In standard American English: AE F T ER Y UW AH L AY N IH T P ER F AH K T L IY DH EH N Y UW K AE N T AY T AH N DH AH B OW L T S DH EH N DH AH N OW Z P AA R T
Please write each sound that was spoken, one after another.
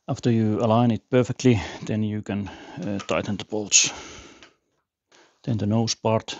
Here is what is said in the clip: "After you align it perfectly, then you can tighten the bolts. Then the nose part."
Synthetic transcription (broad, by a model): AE F T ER Y UW AH L AY N IH T P ER F AH K T L IY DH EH N Y UW K AE N T AY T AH N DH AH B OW L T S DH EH N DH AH N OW S P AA R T